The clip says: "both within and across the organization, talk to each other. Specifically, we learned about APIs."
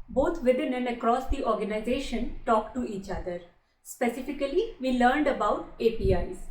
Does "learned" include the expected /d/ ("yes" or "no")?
yes